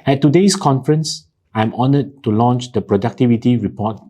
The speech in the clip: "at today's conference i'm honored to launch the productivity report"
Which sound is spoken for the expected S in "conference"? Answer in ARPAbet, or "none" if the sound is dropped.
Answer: S